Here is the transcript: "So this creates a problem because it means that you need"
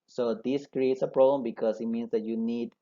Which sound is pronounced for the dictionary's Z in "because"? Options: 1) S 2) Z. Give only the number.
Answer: 1